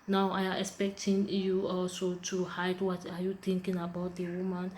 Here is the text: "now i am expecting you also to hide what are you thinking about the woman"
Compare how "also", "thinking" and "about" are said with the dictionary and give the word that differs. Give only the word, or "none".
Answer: thinking